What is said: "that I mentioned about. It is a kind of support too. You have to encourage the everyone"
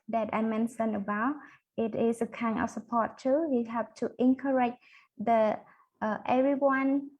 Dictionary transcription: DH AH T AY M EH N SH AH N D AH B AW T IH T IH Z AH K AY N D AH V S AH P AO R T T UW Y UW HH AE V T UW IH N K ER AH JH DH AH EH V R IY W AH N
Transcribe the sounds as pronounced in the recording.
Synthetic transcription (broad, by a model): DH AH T AY M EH N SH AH N AH B AW T IH T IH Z AH K AY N AH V S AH P AO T T UW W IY HH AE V T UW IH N K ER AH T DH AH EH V R IY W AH N